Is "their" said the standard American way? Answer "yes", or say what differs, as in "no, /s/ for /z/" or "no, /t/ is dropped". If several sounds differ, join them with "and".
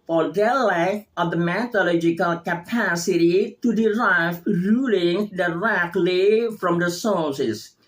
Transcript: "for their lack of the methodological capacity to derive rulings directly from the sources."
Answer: no, /l/ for /ɹ/